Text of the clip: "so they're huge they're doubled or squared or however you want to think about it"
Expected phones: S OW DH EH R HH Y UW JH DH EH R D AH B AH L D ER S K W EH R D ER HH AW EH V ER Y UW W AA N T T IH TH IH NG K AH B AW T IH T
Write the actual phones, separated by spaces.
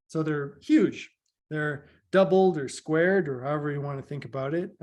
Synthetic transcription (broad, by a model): S OW DH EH R HH Y UW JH DH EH R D AH B L D ER S K W EH R D ER HH AW EH V ER Y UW W AA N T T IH TH IH NG K AH B AW T IH T